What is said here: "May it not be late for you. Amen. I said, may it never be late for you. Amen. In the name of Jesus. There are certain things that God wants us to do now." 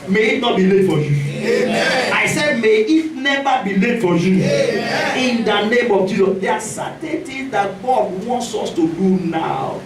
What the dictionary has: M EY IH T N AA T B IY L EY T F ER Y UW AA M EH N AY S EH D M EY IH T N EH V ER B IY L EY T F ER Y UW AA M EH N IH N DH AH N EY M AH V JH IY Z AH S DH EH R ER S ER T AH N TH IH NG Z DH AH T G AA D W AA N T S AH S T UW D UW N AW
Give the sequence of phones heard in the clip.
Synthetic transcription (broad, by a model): M EY IH T N AA T B IY L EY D F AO Y UW AA IH S EH D M EY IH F N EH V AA B IY L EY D F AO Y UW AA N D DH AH N EY M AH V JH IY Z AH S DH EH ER S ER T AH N T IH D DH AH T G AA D W AA N T S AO S T UW D UW N AW